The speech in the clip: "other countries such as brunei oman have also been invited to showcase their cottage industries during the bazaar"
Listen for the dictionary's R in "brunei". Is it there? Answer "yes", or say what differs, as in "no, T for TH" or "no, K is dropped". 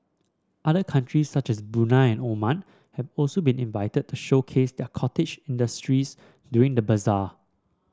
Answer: no, R is dropped